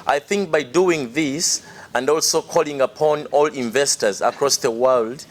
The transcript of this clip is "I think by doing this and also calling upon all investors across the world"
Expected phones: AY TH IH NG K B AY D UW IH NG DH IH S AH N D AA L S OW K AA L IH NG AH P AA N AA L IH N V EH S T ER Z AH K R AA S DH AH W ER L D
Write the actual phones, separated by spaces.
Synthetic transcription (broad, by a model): AY TH IH NG K B AY D UW IH NG DH IH S AH N D AA L S OW K AA L IH NG AH P AA N AA L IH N V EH S T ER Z AH K R AA S DH AH W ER L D